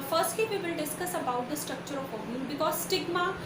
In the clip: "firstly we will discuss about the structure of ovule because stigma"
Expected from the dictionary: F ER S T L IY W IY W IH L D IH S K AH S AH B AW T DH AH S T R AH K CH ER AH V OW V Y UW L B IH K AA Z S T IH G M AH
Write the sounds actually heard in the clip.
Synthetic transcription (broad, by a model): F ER S T L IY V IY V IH L D IH S K AH S AH B AW T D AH S T R AH K CH ER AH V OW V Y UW N B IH K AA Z S T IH G M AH